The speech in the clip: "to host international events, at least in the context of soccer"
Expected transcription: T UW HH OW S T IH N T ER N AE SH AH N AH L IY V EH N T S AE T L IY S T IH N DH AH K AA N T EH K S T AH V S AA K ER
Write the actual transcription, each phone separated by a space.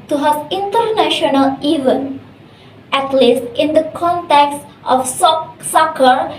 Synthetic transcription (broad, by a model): T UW HH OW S IH N T ER N AE SH AH N AH L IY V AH N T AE T L IY S T IH N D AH K AA N T EH K S T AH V S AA K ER